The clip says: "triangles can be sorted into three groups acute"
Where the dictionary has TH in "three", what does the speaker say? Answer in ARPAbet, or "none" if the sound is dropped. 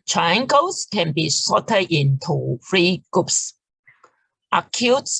F